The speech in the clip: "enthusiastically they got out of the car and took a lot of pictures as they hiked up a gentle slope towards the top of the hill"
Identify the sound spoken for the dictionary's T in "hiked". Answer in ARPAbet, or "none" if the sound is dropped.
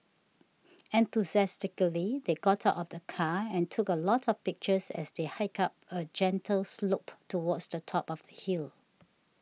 none